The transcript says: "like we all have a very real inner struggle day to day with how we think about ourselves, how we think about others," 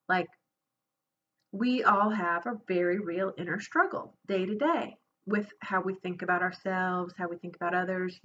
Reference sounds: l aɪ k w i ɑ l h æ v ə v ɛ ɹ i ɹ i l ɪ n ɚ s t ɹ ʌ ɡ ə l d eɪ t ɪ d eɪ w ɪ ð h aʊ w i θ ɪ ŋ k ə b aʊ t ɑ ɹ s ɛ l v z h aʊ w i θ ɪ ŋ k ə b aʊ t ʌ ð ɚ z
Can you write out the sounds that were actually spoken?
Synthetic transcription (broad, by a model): l aɪ k w i ɑ l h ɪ v ə v ɛ ɹ i ɹ i l ɪ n ɚ s t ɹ ʌ ɡ l d eɪ t ɪ d eɪ w ɪ ð h aʊ w i θ ɪ ŋ k ə b aʊ t ɑ ɹ s ɛ l v z h aʊ w i θ ɪ ŋ k ə b aʊ t ʌ ð ɚ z